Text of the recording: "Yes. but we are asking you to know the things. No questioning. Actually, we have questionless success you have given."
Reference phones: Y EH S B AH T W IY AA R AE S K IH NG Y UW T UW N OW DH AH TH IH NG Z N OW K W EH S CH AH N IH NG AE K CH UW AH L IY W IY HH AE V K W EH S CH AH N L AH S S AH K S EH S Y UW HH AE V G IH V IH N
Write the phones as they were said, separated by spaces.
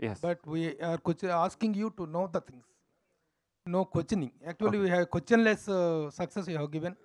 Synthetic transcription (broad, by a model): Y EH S B AH T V IY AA R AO S K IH NG Y UW T UW N OW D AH T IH NG S N OW K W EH CH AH N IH NG AE K CH UW AH L IY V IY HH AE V K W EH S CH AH N L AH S S AH K S EH S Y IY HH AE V G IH V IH N